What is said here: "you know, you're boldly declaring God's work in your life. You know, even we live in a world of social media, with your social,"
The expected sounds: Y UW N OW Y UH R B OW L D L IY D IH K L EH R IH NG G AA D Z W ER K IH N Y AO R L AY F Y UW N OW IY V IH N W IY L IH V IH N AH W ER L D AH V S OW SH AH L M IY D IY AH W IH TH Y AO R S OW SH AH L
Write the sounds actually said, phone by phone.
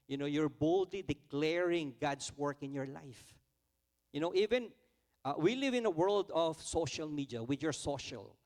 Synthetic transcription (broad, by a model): Y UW N OW Y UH R B OW L D L IY D IH K L EH R IH NG G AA D S W ER K IH N Y AO R L AY F Y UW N OW IY V IH N W IY L IH V IH N AH W ER L D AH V S OW SH AH L M IY D IY AH W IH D Y AO R S OW SH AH L